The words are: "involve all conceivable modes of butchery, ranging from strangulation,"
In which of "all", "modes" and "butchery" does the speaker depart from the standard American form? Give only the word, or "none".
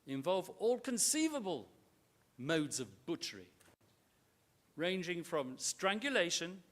none